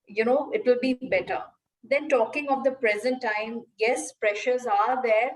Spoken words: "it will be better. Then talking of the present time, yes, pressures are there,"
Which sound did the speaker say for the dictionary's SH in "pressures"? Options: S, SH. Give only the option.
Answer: SH